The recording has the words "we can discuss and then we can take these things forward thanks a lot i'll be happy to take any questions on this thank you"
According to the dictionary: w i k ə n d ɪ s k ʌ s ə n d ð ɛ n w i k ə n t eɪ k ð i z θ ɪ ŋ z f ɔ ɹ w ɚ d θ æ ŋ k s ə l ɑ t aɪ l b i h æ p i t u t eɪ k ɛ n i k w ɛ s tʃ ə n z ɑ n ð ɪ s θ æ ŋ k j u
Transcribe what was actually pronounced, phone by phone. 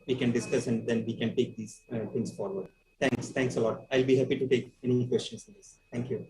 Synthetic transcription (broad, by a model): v i k ə n d ɪ s k ʌ s ə n d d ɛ n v i k ə n t eɪ k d i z t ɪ ŋ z f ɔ ɹ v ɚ d t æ ŋ k s ə l ɑ t aɪ l b i h æ p i t u t eɪ k ɛ n i k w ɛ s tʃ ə n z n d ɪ s t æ ŋ k j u